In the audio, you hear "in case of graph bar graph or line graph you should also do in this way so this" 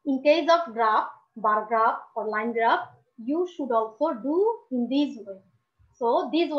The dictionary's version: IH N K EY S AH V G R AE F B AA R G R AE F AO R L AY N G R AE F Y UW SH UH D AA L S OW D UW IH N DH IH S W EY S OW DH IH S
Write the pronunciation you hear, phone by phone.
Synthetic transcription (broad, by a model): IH N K EY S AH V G R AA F B AA R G R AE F AO R L AY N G R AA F Y UW SH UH D AA L S OW D UW IH N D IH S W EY S OW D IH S